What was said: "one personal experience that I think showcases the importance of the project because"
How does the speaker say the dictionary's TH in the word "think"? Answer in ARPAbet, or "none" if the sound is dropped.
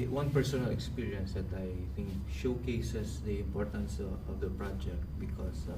T